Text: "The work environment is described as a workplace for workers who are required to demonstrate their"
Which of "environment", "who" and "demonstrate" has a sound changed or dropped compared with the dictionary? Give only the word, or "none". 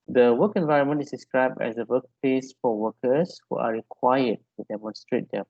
none